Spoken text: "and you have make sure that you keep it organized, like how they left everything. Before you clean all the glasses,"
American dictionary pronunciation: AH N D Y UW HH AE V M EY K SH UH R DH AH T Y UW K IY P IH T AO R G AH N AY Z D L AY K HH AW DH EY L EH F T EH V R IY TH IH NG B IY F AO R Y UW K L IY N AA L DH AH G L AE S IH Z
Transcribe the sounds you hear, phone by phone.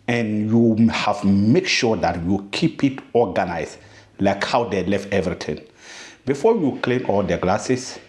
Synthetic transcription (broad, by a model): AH N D Y UW HH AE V M EY K SH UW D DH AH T Y UW K IY P IH T AO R G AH N AY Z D L AY K HH AW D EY L EH F T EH V R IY T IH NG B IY F AO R Y UW K L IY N AA L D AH G L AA S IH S